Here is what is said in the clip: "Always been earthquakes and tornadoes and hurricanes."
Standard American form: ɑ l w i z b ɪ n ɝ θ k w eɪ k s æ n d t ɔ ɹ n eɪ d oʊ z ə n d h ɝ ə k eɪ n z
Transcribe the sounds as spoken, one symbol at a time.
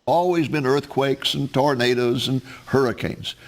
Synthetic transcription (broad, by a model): ɑ l w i z b ɪ n ɝ θ k w eɪ k s n t ɔ ɹ n eɪ d oʊ z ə n h ɝ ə k eɪ n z